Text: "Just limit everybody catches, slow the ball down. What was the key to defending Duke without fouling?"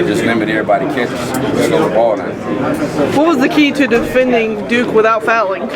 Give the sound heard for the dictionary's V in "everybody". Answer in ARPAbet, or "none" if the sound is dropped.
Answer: none